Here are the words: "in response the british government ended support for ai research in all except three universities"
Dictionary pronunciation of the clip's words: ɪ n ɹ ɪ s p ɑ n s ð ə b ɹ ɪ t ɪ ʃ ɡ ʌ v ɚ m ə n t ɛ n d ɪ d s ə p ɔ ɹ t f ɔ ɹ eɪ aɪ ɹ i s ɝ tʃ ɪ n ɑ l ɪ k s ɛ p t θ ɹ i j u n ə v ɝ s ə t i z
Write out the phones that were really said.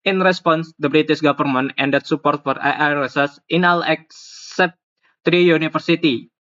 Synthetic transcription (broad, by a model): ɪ n ɹ ɪ s p ɑ n s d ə b ɹ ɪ t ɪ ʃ ɡ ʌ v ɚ m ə n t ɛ n d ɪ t s ə p ɔ ɹ t f ɔ ɹ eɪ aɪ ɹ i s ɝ s ɪ n ɑ l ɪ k s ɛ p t ɹ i j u n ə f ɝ s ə t i